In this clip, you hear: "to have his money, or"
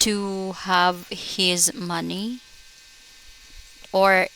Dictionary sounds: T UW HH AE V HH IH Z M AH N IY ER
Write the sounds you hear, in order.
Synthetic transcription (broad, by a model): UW HH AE V HH IH Z M AH N IY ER